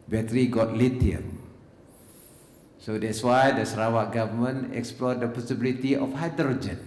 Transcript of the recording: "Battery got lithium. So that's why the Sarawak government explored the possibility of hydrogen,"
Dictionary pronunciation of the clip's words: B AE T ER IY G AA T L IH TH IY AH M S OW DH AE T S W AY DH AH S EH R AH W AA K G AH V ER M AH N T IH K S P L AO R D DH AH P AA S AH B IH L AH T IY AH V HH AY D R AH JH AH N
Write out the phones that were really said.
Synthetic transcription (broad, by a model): B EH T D IY G AA T L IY T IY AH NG S OW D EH T S W AY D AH S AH R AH W AA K G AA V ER M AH N IH K S P L AO D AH P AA S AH B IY L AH T IY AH F HH AY D R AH JH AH N